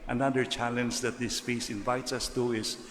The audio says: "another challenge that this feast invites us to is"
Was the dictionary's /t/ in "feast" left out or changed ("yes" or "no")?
yes